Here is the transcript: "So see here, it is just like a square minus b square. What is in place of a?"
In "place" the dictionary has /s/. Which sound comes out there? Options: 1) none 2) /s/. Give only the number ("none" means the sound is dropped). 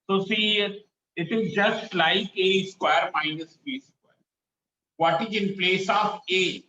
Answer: 2